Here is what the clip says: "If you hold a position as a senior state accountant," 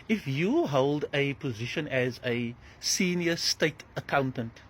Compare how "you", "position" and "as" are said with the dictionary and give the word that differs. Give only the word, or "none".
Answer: none